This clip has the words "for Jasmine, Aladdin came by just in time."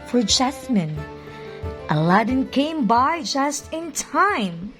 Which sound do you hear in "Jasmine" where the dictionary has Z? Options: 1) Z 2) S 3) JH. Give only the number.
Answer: 2